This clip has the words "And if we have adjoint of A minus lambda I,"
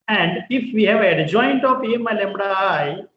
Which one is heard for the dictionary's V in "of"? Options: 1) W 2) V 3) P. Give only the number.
3